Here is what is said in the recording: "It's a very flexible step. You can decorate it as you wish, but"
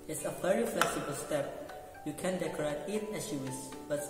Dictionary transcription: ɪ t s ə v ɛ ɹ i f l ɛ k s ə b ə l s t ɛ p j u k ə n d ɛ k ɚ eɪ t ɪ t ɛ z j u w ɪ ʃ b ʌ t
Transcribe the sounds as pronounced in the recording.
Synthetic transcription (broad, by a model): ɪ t s ə v ɛ ɹ i f l ɛ k s ə b ə l s t ɛ p j u k ə n d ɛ k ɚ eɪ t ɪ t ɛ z j u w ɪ s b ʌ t